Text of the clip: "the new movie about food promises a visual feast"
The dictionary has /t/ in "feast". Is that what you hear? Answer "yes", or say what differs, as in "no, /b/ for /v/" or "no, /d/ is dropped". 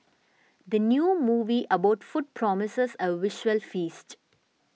yes